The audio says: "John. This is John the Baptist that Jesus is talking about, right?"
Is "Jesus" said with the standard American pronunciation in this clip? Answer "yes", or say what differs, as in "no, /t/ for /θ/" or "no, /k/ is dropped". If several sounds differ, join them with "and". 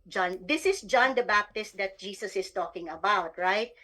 no, /s/ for /z/